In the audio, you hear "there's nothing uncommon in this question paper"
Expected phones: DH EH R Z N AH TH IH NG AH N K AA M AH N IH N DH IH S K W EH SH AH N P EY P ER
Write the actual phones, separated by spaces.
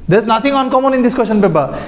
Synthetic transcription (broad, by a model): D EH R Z N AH T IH NG AH N K AA M AH N IH N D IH S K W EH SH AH N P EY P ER